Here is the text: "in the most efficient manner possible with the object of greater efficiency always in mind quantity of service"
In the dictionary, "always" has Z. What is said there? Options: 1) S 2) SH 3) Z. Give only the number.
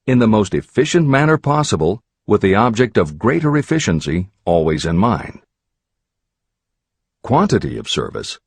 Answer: 3